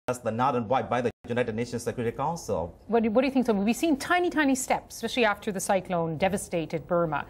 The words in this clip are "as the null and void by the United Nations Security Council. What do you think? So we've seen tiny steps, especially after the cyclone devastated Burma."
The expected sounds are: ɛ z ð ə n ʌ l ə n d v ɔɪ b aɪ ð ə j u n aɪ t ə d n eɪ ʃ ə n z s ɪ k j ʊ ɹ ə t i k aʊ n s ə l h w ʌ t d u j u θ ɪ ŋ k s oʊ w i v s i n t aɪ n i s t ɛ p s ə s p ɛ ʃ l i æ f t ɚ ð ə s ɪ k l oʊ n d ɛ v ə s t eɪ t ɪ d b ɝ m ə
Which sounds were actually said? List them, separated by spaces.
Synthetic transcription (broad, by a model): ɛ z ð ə n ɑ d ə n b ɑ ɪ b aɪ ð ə j u n aɪ t ə d n eɪ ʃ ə n s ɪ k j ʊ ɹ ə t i k aʊ n s ə l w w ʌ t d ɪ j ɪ θ ɪ ŋ k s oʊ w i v s i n t aɪ n i s t ɛ p s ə s p ɛ ʃ l i æ f t ɚ ð ə s ɪ k l oʊ n d ɛ v ə s t eɪ t ɪ d b ɝ m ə